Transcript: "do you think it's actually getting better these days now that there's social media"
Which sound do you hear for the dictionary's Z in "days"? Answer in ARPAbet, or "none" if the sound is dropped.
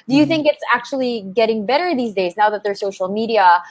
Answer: Z